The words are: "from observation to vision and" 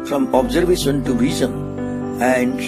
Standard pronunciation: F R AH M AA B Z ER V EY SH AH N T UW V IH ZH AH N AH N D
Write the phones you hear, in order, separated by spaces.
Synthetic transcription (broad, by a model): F R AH M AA B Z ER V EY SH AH N T UW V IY Z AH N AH N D